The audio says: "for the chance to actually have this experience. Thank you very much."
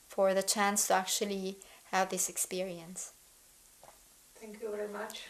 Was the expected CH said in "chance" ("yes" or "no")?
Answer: yes